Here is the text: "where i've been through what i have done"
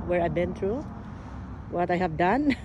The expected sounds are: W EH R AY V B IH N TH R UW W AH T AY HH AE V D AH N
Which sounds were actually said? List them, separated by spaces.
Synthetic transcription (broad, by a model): W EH R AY B IH N T R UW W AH T AY HH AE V D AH N